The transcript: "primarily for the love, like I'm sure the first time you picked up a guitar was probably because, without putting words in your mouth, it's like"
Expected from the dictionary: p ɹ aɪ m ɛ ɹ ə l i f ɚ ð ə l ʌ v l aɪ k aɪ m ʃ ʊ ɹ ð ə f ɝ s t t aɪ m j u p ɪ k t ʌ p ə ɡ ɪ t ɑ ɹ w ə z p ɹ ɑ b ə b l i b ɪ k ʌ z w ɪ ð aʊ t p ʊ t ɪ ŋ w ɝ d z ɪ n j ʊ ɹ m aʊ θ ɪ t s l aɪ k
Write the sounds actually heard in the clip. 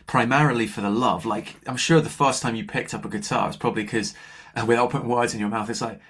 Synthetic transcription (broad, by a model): p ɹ aɪ m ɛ ɹ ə l i f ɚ ð ə l ʌ v l aɪ k aɪ m ʃ ʊ ɹ ð ə f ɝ s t t aɪ m j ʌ p ɪ k t ʌ p ə ɡ ɪ t ɑ ɹ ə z p ɹ ɑ b ə b l i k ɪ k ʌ w ɪ ð aʊ t p ʊ t ɪ ŋ w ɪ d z ɪ n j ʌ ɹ m aʊ θ ɪ t s l aɪ k